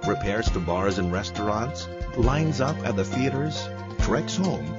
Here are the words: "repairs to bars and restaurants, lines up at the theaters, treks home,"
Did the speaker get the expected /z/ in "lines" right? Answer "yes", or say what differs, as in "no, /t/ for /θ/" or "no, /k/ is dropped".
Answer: yes